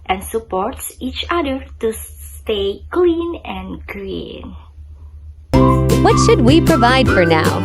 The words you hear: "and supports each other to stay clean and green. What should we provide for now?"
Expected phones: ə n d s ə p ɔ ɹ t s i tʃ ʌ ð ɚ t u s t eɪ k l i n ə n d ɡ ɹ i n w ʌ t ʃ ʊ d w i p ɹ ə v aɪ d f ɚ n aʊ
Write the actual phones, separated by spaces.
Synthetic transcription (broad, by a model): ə n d s ə p ɔ ɹ t s i tʃ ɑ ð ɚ t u s t eɪ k l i n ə n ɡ ɹ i n w ʌ t ʃ ʊ d w i p ɹ ə v aɪ d f ɚ n aʊ